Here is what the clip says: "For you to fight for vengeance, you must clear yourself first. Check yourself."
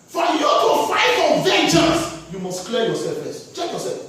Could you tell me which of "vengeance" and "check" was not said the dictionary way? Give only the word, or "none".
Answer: vengeance